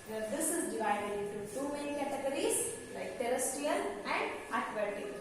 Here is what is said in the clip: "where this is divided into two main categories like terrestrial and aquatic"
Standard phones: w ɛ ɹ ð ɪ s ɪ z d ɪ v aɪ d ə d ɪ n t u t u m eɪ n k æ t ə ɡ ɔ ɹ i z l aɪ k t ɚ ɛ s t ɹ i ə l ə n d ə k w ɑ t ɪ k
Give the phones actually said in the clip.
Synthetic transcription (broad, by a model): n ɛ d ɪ s ɪ z d ɪ v aɪ d ə d ɪ n t u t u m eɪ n k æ t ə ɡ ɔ ɹ i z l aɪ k t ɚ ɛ s t i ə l ə n d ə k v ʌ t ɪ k